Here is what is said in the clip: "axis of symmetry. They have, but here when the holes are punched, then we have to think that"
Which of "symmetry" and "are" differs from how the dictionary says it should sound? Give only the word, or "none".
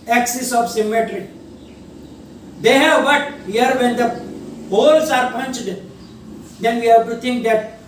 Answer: none